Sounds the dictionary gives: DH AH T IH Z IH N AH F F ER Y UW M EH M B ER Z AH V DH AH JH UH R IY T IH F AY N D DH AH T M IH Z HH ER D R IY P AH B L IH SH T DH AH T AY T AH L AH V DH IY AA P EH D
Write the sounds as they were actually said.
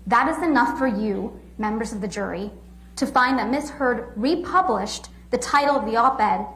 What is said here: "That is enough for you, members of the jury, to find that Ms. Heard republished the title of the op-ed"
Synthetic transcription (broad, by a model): DH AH T IH Z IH N AH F F ER Y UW M EH M B ER Z AH V DH AH JH UH R IY T IH F AY N DH AH T M IH S HH ER D R IY P AH B L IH SH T DH AH T AY T L AH V DH IY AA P EH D